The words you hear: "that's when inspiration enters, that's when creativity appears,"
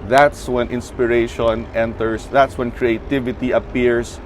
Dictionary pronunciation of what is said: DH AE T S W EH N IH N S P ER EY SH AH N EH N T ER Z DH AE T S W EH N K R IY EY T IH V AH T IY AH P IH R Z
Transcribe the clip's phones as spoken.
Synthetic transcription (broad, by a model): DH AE T S W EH N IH N S P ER EY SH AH N EH N T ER S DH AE T S W EH N K R IY EY T IH V AH T IY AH P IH R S